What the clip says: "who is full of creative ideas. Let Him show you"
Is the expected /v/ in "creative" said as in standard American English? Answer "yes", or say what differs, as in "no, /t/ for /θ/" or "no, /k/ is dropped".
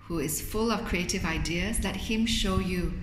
yes